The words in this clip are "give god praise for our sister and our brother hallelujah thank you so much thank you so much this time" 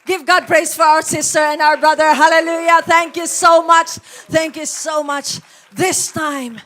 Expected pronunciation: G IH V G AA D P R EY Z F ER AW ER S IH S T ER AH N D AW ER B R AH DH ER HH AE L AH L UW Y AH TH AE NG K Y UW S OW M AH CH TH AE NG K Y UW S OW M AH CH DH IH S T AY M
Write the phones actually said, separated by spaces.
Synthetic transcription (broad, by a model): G IH V G AA D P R EY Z F ER AW ER S IH S T ER AH N D AW ER B R AH DH ER HH AE L AH L UW Y AH TH AE NG K Y UW S OW M AH CH TH AE NG K Y UW S OW M AH CH DH IH S T AY M